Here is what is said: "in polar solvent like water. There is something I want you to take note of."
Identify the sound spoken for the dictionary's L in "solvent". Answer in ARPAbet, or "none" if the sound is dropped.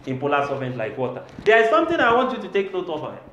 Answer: none